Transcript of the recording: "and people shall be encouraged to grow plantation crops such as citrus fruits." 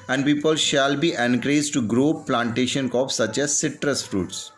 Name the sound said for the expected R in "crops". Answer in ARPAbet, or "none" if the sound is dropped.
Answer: none